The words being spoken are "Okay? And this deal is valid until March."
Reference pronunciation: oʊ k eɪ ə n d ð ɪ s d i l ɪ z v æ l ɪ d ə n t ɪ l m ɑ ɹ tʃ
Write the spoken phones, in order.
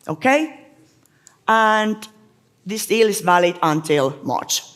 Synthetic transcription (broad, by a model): oʊ k eɪ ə n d ð ɪ s d i l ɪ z v æ l ɪ d ə n t ɪ l m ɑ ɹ tʃ